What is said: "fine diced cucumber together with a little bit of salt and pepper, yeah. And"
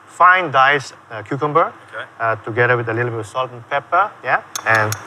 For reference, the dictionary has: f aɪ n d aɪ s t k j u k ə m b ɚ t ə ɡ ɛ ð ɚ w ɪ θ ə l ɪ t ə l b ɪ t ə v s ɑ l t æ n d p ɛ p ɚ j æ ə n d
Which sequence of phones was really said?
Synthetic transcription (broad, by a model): f aɪ n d aɪ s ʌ k j u k ə m b ɚ t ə ɡ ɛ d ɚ w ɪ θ ə l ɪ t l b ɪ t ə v s ɑ l t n p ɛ p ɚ j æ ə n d